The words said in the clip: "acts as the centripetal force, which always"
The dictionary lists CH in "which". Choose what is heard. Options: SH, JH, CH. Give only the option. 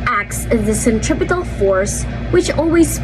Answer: CH